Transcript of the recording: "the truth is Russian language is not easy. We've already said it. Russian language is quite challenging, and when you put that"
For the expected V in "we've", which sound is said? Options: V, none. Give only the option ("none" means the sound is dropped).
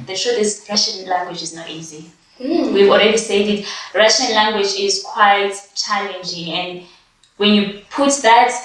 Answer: V